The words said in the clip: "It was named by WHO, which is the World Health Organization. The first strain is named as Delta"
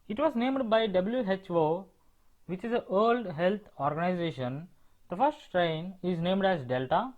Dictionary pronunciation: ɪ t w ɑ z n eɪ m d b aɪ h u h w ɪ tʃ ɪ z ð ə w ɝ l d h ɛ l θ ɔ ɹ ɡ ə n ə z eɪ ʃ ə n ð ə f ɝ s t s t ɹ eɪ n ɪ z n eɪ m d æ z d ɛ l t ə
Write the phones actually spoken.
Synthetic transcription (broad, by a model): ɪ t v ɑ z n eɪ m d b aɪ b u h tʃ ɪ tʃ ɪ z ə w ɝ l d h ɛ l t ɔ ɹ ɡ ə n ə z eɪ ʃ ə n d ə f ɝ s t s t ɹ eɪ n ɪ z n eɪ m d æ z d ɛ l t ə